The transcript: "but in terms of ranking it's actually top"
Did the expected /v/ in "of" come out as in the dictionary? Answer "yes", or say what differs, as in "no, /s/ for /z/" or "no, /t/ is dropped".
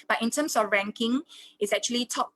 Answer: no, /f/ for /v/